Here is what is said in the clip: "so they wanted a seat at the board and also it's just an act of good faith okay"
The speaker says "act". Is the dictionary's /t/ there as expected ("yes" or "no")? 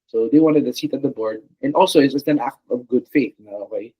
yes